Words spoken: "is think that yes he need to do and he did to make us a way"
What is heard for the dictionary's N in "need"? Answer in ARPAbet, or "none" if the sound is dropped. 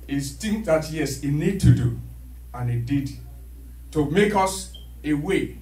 N